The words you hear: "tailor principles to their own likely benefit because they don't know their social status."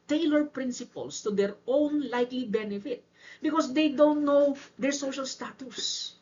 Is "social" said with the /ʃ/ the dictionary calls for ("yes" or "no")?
yes